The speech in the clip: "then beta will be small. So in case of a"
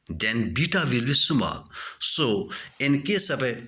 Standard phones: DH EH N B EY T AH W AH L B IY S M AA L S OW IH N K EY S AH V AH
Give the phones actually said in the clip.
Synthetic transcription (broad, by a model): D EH N B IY T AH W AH L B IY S M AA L S OW IH N K EY S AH P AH